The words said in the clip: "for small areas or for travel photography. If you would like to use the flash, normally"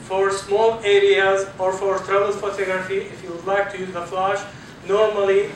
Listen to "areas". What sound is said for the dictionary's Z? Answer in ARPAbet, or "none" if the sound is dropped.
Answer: Z